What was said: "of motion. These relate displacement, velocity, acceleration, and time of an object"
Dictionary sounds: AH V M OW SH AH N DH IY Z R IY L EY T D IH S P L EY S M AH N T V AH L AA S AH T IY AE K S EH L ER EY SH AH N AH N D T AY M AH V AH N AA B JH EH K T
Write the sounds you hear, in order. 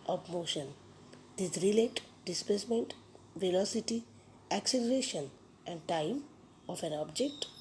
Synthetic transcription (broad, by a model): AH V M OW SH AH N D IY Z R IY L EY T D IH S P L EY S M AH N T V AH L AA S AH T IY AE K S EH L ER EY SH AH N AH N D T AY M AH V AH N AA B JH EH K T